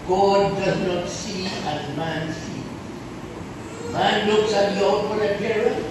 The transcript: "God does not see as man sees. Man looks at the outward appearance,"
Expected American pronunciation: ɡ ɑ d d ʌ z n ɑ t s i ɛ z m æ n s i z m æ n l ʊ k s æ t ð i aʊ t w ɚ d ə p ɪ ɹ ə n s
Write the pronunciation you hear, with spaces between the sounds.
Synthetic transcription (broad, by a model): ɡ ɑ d d ʌ z n ɑ t s i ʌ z m æ n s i m æ n l ʊ k s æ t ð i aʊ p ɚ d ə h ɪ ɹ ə